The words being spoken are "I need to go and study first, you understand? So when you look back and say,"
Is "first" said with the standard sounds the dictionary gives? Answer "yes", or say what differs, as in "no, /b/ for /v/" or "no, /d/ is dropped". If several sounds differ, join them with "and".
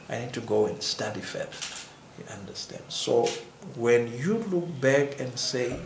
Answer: no, /s/ is dropped